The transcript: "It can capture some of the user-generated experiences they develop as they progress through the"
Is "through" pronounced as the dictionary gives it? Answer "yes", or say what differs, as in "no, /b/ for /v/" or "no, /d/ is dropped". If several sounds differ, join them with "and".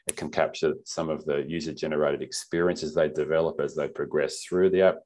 yes